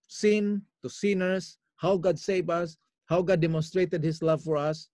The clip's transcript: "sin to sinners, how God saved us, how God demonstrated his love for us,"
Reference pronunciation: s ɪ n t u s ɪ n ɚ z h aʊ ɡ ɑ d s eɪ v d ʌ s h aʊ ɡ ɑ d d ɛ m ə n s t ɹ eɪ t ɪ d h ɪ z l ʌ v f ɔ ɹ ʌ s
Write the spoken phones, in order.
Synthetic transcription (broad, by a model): s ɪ n t u s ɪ n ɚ s h aʊ ɡ ɑ d s eɪ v ʌ s h aʊ ɡ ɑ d d ɛ m ə n s t ɹ eɪ t ɪ d h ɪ s l ʌ v f ɔ ɹ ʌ s